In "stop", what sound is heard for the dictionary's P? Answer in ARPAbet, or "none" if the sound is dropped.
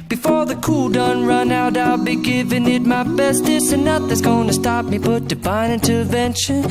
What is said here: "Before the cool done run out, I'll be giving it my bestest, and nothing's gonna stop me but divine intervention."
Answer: P